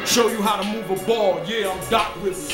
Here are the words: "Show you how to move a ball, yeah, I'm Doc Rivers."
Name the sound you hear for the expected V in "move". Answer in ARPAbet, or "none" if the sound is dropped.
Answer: V